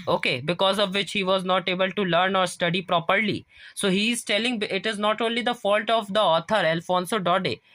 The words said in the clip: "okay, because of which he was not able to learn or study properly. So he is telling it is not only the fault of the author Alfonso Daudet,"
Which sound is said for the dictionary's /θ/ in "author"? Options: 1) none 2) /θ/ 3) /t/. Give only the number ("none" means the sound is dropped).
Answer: 3